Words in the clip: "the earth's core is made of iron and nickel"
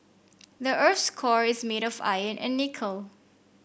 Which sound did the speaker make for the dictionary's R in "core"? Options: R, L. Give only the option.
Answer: R